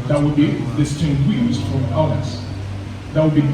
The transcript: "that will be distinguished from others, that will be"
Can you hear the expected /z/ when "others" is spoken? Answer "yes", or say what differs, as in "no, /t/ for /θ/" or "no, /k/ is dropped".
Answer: no, /s/ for /z/